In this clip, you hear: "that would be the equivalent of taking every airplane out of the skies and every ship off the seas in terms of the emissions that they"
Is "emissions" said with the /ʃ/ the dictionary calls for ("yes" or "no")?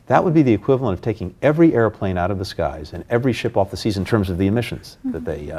yes